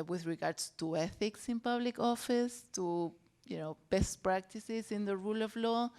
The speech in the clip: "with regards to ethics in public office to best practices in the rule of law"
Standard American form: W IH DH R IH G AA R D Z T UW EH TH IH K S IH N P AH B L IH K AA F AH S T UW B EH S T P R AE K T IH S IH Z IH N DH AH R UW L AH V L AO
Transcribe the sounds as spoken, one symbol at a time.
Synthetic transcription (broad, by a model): W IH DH R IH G AA R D S T UW EH TH IH K S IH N P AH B L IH K AA F AH S T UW B EH S T P R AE K T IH S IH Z IH N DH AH R UW L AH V L AO